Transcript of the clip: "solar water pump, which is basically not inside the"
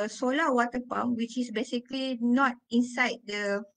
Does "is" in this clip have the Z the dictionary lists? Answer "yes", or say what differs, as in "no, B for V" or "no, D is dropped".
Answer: no, S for Z